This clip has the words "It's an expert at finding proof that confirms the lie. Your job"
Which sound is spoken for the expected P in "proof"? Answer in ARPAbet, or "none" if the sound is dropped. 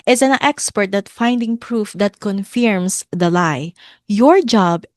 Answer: P